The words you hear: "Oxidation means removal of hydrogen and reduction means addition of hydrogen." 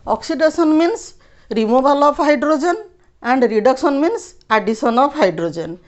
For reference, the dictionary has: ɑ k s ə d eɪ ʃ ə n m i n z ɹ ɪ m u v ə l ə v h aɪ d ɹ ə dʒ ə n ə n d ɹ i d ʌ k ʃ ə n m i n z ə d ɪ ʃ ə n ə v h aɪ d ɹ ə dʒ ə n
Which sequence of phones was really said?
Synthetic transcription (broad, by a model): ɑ k s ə d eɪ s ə n m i n s ɹ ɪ m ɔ b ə l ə p h aɪ d ɹ ə dʒ ə n ə n d ɹ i d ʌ k s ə n m i n s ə d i s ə n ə p h aɪ d ɹ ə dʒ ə n